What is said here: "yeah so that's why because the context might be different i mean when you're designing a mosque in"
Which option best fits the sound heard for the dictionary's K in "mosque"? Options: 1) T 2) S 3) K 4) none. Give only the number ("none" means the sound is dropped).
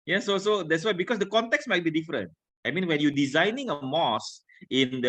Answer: 4